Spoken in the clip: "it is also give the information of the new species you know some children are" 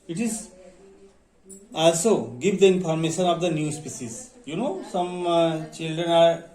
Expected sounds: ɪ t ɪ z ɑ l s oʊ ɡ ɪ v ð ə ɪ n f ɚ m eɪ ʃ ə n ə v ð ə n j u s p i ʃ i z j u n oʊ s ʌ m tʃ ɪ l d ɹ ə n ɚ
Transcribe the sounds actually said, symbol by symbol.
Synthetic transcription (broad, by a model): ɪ t ɪ z ɑ l s oʊ ɡ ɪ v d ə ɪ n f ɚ m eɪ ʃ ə n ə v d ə n j u s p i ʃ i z j u n oʊ s ʌ m tʃ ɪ l d ɹ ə n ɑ